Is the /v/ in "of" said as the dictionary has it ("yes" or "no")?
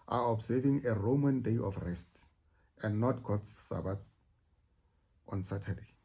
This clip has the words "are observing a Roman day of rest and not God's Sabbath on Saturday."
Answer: no